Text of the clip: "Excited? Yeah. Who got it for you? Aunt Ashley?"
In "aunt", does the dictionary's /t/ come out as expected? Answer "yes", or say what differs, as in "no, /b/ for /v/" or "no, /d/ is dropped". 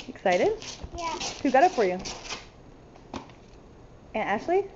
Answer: no, /t/ is dropped